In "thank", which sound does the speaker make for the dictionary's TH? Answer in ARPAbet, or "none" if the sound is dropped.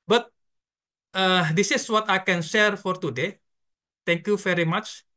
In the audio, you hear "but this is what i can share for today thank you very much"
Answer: T